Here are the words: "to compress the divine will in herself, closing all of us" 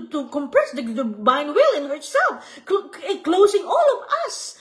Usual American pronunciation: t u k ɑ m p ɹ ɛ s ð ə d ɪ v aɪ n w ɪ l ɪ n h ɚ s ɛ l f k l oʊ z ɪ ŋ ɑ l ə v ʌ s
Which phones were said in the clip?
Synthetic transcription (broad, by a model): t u k ɑ m p ɹ ɛ s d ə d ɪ b aɪ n w ɪ l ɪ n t s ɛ l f k l oʊ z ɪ ŋ ɑ l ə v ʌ s